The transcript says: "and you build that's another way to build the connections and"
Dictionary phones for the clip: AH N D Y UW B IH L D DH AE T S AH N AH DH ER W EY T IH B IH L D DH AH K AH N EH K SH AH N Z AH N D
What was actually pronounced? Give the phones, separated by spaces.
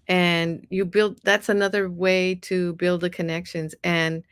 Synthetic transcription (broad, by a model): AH N Y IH B IH L D DH AE T S AH N AH DH ER W EY T IH B IH L D DH AH K AH N EH K SH AH N Z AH N